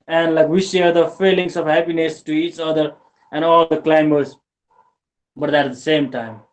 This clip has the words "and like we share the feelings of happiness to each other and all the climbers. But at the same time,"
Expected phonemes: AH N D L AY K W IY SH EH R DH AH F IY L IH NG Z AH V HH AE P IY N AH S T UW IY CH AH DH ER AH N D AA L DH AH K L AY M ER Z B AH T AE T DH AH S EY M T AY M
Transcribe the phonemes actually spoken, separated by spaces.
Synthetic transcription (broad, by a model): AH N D L AY K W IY SH EH R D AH F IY L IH NG S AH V HH AE P IY N AH S T UW IY CH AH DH ER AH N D AA L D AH K L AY M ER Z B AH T AE T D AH S EY M T AY M